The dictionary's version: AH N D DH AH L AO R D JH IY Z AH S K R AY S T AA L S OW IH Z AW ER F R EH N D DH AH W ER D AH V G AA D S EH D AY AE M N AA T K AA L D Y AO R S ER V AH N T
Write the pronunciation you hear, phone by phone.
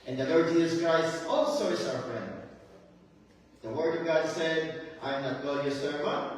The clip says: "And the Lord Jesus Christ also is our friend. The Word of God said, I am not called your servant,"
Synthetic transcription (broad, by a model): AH N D DH AH L AO R D JH IY Z AH S K R AY S T AA L S OW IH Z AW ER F R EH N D DH AH W ER D AH V G AA D S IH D AY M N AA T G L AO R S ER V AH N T